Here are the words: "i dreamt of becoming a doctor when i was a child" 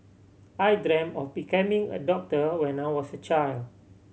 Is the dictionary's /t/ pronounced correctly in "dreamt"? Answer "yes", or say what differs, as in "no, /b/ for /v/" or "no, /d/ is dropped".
no, /t/ is dropped